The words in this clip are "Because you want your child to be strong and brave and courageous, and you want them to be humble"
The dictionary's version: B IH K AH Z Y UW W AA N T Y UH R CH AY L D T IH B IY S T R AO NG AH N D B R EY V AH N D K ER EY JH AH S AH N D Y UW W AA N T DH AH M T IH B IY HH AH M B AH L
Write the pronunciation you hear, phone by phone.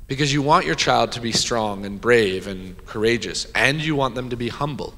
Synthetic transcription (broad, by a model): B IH K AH Z Y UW W AA N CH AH R CH AY L D T IH B IY S T R AO NG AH N B R EY V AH N K ER EY JH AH S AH N Y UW W AA N DH AH M T IH B IY HH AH M B L